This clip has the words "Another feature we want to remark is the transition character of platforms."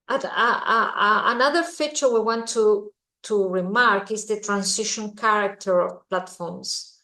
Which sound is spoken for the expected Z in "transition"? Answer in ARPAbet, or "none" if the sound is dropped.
S